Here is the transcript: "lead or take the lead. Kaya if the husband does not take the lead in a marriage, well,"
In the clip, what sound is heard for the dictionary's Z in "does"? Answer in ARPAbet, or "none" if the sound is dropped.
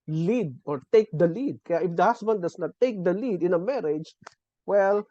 S